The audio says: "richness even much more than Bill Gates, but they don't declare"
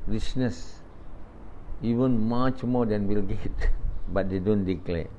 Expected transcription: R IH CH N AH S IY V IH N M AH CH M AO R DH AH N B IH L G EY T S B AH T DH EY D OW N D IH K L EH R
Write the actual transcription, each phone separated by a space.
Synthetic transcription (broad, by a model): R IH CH N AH S IY V IH N M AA CH M AO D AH N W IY L G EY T B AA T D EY D OW N D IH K L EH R